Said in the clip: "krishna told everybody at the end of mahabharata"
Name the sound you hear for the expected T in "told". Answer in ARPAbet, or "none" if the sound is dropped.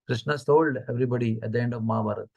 S